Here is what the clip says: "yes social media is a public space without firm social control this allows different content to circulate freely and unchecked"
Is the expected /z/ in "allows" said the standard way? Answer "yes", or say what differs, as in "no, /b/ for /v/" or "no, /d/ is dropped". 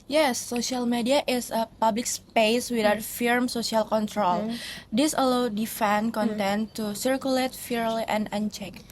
no, /z/ is dropped